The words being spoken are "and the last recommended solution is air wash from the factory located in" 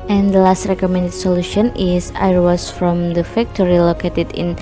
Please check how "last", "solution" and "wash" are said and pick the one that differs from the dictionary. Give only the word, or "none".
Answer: wash